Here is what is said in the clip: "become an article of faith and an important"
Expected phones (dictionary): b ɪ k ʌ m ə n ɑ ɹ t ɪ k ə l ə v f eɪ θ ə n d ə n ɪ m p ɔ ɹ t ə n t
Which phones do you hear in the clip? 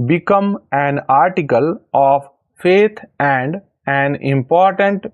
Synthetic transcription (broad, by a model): b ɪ k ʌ m ə n ɑ ɹ t ɪ k ə l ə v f eɪ t ə n d ə n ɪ m p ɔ ɹ t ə n t